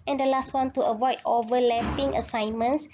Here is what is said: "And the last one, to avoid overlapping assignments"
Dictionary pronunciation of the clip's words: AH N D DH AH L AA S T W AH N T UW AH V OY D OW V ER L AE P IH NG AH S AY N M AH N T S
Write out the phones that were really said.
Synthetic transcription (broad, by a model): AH N D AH L AA S T W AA N T UW AH V OY D OW V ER L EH P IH NG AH S AY N M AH N S